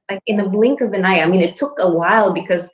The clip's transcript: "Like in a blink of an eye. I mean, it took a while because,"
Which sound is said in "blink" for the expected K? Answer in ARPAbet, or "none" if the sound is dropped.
K